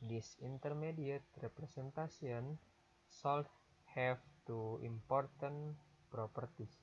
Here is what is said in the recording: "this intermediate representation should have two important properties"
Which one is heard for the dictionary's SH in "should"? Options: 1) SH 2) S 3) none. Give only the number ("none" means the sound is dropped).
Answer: 2